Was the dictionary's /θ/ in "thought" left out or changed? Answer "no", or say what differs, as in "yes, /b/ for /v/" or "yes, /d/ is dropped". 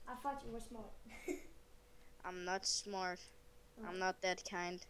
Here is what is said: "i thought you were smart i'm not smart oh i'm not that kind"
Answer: yes, /f/ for /θ/